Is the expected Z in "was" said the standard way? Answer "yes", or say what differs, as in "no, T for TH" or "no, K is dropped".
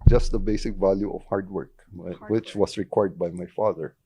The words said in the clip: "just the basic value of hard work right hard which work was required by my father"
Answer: no, S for Z